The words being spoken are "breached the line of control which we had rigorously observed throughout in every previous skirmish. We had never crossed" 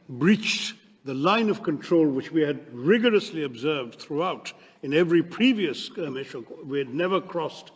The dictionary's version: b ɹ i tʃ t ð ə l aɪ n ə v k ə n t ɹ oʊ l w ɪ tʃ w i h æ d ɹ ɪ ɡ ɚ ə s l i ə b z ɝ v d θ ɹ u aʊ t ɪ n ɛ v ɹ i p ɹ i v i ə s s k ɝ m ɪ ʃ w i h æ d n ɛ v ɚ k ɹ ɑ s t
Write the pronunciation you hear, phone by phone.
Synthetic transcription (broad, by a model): b ɹ i tʃ ð ə l aɪ n ə v k ə n t ɹ oʊ l w ɪ tʃ w i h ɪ d ɹ ɪ ɡ ɚ ə s l i ə b z ɝ v d θ ɹ u aʊ t ɪ n ɛ v ɹ i p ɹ i v i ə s s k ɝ m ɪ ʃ w i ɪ d n ɛ v ɚ k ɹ ɑ s t